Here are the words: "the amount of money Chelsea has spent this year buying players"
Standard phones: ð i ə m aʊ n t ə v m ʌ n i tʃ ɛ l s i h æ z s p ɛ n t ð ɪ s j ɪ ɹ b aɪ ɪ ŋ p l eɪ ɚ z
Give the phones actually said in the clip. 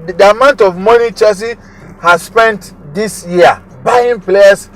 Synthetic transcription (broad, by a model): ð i ə m aʊ n t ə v m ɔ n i tʃ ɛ s i h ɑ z s p ɛ n t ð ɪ s j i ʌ b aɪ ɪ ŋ p l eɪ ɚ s